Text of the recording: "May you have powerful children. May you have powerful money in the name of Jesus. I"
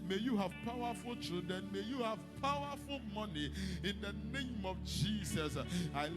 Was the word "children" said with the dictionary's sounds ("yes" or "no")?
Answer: no